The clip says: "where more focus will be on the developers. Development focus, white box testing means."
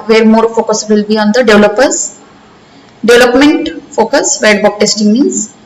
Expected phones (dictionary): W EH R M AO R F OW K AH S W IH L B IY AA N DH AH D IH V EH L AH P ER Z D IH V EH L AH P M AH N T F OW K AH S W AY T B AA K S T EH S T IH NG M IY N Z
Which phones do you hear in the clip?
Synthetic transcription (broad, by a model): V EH R M AO R F OW K AH S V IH L B IY AA N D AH D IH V L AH P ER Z D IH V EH L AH P M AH N T F OW K AH S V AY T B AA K T EH S T IH NG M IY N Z